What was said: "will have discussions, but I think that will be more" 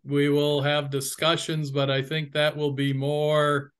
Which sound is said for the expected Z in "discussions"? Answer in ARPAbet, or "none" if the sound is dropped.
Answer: Z